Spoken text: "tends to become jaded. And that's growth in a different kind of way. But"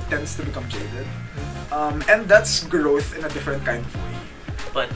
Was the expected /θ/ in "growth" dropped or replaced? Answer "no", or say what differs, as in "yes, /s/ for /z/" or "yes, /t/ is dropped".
no